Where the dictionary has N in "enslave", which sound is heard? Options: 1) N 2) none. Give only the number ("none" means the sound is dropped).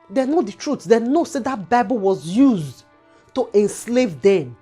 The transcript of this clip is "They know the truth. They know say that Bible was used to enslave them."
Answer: 1